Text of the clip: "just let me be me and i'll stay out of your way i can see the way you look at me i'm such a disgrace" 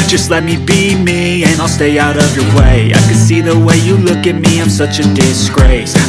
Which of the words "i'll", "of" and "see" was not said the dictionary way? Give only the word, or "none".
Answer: none